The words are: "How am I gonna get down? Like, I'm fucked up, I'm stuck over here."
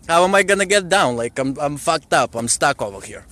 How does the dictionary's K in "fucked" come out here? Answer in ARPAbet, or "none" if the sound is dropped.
K